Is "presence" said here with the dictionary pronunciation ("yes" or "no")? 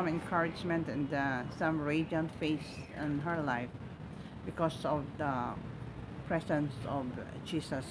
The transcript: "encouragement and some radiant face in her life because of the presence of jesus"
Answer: no